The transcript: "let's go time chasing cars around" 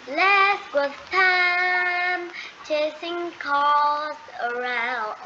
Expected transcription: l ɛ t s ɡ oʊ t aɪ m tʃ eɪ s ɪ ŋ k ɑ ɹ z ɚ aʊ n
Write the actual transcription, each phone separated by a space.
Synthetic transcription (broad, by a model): l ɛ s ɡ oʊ t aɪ m tʃ eɪ s ɪ ŋ k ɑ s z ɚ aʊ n